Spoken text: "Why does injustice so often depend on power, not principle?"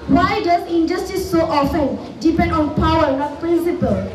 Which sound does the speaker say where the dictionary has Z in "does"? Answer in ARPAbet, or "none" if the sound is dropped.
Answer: S